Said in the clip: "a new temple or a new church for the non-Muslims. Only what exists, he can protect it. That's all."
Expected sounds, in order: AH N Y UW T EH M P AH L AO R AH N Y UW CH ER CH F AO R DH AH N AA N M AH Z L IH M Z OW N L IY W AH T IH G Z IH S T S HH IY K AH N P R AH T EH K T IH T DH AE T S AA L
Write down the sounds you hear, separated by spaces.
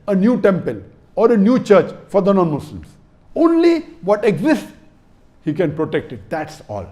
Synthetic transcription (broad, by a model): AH N Y UW T EH M P AH L AO R AH N Y UW CH ER CH F AO R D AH N AA N M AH S L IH M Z OW N L IY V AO T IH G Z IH S T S HH IY K AH N P R AH T EH K T IH T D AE T S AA L